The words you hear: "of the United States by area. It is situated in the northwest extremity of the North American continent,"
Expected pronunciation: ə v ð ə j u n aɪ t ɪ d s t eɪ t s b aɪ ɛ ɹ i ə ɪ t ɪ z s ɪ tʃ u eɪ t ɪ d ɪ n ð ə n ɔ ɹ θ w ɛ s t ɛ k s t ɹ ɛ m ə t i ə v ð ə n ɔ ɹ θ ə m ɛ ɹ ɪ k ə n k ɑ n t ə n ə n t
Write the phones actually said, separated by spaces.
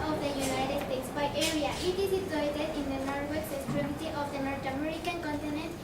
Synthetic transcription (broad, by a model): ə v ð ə j u n aɪ t ɪ d s t eɪ t s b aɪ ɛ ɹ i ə ɪ t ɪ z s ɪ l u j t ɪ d ɪ n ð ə n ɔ ɹ t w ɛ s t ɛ s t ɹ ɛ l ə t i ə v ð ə n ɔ ɹ t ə m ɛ ɹ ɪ k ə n k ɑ n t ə n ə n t